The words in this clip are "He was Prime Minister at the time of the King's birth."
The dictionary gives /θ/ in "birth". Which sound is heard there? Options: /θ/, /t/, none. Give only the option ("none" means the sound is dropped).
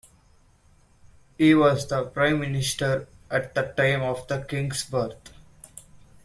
/t/